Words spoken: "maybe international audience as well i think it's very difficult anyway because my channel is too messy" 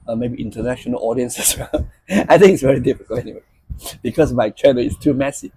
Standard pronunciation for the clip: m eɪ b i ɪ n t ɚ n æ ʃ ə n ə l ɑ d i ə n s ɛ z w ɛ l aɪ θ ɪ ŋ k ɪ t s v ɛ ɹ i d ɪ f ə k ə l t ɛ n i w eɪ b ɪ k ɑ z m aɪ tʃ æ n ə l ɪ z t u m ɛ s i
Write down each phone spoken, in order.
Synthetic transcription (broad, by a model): m eɪ b i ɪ n t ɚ n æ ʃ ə n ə l ɑ d i ə n s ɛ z w ɛ l aɪ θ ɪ ŋ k ɪ t s v ɛ ɹ i d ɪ f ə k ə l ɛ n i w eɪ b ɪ k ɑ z m aɪ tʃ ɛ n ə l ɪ s t u m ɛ s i